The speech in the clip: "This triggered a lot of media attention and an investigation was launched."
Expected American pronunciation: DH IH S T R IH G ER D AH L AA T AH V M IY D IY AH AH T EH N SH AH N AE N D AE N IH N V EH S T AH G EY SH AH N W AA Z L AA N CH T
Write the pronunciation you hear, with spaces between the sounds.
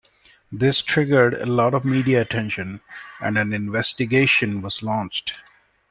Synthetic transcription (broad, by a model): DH IH S T R IH G ER D AH L AA T AH V M IY D IY AH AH T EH N SH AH N AE N D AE N IH N V EH S T AH G EY SH AH N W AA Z L AA N CH T